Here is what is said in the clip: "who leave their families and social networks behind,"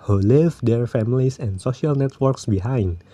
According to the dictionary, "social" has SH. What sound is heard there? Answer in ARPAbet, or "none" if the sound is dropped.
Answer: SH